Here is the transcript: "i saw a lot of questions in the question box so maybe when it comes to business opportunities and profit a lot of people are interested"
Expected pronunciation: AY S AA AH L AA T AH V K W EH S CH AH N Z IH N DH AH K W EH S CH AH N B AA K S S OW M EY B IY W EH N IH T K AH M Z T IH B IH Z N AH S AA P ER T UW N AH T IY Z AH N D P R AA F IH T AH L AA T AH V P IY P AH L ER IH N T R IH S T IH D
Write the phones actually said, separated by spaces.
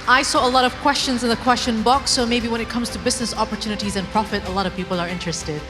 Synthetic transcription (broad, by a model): AY S AA AH L AA T AH V K W EH S CH AH N Z IH N DH AH K W EH S CH AH N B AA K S S OW M EY B IY W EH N IH T K AH M Z T IH B IH Z N AH S AA P ER T UW N AH T IY Z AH N P R AA F IH T AH L AA T AH V P IY P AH L ER IH N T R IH S T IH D